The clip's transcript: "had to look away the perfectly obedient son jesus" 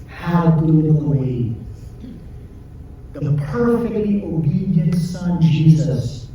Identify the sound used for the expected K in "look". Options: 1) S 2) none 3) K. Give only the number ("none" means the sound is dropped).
2